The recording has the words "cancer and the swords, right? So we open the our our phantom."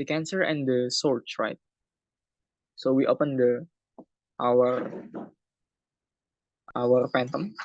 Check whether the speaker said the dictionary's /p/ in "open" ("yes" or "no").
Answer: yes